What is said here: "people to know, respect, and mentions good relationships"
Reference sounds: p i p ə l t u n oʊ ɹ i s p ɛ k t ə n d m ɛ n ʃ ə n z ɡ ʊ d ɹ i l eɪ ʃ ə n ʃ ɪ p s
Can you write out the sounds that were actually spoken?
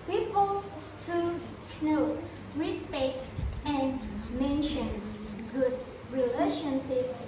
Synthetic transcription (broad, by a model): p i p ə l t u n oʊ ɹ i s p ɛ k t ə n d m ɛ n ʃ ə n ɡ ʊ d ɹ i l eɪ ʃ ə n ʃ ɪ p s